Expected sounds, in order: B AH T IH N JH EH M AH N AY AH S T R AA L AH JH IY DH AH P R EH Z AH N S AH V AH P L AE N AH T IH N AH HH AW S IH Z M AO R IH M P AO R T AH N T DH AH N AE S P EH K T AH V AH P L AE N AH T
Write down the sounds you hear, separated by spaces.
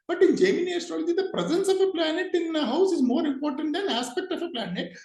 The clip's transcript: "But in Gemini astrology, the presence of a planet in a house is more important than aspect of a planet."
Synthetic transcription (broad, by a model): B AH T IH N JH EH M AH N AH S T AA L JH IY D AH P R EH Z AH N S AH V AH P L AE N AH T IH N AH HH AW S IH Z M AO R IH M P AO R T AH N T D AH N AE S P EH K T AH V AH P L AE N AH T